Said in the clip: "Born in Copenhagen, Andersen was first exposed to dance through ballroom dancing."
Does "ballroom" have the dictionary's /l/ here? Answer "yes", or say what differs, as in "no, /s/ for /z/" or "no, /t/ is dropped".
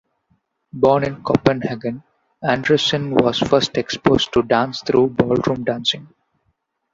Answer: yes